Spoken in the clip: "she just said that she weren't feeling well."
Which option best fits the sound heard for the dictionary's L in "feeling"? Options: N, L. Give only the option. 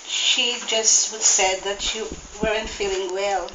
L